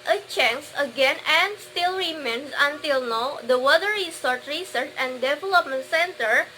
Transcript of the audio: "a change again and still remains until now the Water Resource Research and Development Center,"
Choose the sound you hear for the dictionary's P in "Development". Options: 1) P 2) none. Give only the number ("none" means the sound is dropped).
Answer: 1